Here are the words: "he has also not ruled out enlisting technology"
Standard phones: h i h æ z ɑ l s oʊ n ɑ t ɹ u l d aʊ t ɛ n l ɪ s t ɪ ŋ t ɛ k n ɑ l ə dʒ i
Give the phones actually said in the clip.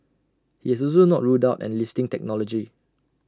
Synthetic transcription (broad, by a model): h i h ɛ s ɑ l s oʊ n ɑ t ɹ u d aʊ t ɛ n l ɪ s t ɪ ŋ t ɛ k n ɑ l ə dʒ i